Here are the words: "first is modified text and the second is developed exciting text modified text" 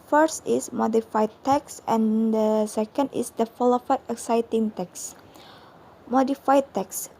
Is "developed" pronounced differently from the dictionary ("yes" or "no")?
yes